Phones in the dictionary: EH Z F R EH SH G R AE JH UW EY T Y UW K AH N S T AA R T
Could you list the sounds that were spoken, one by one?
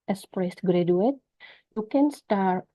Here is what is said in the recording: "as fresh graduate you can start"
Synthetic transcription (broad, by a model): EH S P R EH S G R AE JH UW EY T Y UW K AH N S T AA R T